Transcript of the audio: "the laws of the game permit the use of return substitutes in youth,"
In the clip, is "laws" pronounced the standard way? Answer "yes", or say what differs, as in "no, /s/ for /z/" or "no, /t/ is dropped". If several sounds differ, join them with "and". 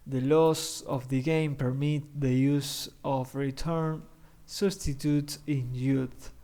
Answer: no, /s/ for /z/